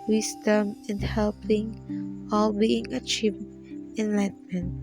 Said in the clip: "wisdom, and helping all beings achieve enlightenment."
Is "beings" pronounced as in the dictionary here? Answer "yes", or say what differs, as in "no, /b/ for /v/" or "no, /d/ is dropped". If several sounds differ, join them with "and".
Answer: no, /z/ is dropped